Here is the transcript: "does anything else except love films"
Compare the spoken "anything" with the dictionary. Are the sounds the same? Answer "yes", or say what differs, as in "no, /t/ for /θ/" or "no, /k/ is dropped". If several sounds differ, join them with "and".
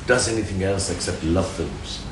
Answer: yes